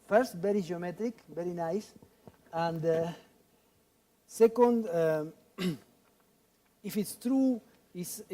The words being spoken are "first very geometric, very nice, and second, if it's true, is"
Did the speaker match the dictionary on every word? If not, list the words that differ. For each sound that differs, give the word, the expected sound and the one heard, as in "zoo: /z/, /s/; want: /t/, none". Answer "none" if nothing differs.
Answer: none